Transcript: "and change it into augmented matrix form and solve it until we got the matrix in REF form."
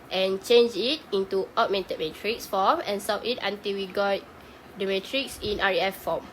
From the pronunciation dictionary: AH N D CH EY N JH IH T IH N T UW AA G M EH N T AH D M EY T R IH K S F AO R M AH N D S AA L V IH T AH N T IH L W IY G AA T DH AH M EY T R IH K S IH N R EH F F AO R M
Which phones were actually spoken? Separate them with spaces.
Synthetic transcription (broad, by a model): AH N CH EY N JH IH T IH N T UW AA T M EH N T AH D M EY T R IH K S F AO M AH N S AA V IH T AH N T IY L W IY G AA T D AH M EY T R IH K S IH N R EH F F AO M